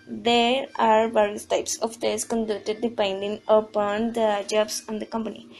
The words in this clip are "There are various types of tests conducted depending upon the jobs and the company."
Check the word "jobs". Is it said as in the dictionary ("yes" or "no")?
no